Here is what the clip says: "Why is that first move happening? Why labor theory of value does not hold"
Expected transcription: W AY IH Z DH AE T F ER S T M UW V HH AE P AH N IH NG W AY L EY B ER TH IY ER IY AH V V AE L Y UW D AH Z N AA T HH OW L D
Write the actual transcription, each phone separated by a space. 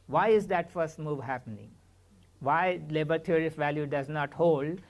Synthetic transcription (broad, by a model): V AY IH Z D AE T F ER S T M UW V HH AE P AH N IH NG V AY L EY B ER T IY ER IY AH F V AE L Y UW D AH Z N AA T HH OW L D